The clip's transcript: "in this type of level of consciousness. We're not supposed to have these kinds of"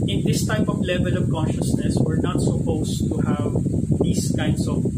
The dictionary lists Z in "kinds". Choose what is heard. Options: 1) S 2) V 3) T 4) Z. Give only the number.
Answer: 1